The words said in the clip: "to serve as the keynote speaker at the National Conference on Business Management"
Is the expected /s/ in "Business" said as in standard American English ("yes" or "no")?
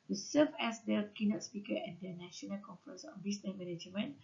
no